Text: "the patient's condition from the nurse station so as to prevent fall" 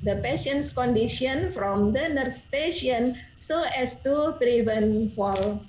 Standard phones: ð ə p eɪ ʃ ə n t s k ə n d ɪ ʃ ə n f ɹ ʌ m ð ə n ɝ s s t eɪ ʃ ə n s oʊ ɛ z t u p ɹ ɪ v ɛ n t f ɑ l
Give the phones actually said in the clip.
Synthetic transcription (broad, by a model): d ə p eɪ ʃ ə n t s k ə n d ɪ ʃ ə n f ɹ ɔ m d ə n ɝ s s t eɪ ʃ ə n s oʊ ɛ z t u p ɹ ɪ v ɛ n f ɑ l